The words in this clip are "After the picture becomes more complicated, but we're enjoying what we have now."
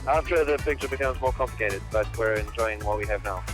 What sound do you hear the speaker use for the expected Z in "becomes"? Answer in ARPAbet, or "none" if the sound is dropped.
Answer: Z